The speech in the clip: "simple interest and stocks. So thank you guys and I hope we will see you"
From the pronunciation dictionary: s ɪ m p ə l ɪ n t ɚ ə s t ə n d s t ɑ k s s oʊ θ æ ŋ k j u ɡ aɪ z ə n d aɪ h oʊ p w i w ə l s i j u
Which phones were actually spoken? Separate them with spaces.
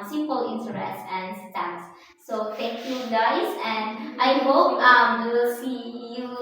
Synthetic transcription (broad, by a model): s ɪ m p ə l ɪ n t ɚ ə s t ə n s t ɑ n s s oʊ t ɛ k j u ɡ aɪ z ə n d aɪ h oʊ p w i w ə l s i j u